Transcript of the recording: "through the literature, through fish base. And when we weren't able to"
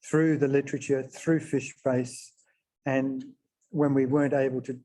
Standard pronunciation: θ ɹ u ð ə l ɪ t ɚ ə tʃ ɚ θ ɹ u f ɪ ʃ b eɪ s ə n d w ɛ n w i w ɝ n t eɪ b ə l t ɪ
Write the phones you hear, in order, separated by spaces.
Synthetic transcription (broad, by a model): θ ɹ u ð ə l ɪ t ɚ ə tʃ ɚ θ ɹ u f ɪ ʃ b eɪ s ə n w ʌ n w i w ɝ n t eɪ b ə l t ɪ